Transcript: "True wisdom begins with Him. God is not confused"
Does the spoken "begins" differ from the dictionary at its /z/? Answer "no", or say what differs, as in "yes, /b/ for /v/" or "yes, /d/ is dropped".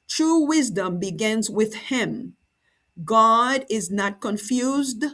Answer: no